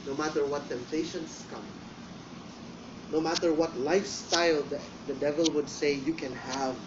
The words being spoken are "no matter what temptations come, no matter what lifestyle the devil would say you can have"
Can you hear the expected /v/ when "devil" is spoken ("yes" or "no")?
yes